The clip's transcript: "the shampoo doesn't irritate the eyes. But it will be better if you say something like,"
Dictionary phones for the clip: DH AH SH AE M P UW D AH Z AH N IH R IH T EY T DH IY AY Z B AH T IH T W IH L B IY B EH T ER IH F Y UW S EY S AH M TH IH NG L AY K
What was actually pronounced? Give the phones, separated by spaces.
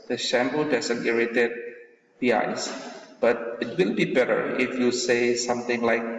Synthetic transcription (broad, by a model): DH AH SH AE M B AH D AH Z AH N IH R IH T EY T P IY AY S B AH T IH T W IH L B IY B EH T ER IH F Y UW S EY S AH M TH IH NG L AY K